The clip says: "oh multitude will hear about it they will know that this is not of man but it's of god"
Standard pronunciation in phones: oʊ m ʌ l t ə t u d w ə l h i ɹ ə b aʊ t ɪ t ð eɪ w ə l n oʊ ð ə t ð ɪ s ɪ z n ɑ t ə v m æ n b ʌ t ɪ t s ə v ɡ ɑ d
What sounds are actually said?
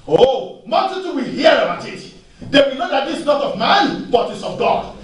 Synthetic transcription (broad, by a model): oʊ m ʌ n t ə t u w ə l h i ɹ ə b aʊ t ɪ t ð eɪ w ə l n oʊ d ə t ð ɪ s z n ɑ t ə v m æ n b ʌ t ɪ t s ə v ɡ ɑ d